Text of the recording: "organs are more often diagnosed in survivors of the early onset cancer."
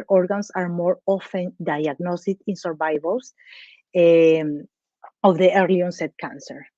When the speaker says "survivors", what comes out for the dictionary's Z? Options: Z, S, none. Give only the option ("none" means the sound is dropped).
S